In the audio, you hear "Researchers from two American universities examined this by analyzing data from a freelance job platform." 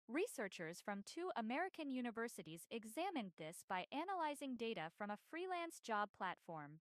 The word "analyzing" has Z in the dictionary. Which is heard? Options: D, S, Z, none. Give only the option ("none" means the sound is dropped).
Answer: Z